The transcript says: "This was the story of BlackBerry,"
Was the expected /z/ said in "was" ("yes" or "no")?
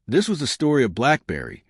yes